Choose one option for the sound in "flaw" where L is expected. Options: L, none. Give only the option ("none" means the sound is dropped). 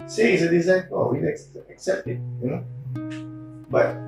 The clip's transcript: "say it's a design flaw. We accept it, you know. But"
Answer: none